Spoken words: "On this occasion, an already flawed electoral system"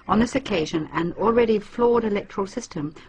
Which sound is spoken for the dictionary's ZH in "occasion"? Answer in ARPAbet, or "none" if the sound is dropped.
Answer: ZH